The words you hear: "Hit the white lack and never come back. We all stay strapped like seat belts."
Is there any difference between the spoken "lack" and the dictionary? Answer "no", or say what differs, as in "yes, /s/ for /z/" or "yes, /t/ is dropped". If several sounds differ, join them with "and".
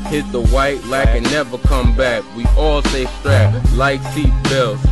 no